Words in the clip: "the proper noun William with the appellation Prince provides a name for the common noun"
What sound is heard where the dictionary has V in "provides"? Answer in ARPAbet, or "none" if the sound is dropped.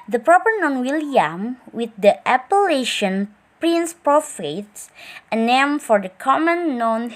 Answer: F